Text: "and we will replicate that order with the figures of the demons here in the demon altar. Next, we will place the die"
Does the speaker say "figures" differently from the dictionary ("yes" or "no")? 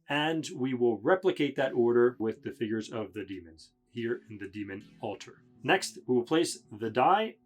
no